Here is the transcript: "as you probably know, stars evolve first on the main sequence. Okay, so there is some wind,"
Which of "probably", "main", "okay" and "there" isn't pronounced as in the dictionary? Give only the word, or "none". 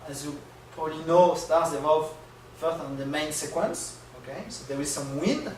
there